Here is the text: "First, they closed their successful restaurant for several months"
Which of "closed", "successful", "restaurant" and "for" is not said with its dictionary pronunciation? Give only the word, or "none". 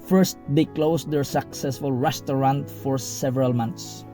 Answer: closed